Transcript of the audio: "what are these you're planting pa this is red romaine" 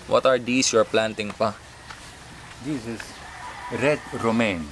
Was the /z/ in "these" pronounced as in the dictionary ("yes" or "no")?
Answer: no